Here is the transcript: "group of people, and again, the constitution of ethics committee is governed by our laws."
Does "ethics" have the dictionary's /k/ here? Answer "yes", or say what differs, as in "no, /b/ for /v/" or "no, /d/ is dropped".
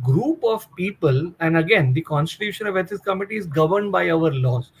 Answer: no, /k/ is dropped